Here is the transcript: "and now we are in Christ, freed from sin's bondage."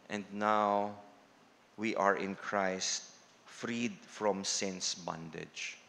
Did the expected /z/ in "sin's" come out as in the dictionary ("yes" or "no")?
no